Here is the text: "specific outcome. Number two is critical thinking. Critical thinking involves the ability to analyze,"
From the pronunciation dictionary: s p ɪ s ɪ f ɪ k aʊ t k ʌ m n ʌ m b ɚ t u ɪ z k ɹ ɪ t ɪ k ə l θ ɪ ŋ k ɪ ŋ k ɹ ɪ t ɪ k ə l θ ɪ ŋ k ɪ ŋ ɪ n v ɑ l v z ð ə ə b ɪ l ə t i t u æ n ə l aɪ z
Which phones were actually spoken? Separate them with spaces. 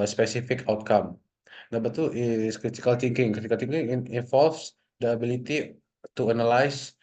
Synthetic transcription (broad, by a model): s p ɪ s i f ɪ k aʊ t k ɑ m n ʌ b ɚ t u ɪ s k ɹ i t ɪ k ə l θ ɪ ŋ k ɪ ŋ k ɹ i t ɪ k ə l t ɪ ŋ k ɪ ŋ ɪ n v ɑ l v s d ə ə b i l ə t i t u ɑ n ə l aɪ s